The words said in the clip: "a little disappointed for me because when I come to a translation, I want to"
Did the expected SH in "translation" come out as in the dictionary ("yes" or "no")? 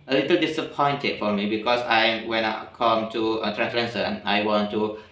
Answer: no